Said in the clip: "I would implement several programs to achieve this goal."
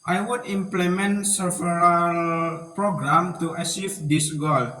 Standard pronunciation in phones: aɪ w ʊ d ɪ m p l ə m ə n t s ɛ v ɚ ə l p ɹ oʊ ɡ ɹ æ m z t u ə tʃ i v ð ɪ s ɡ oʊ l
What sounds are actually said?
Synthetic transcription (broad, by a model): aɪ w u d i m p l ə m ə n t s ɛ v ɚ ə l p ɹ oʊ ɡ ɹ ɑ m t u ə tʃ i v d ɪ s ɡ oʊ l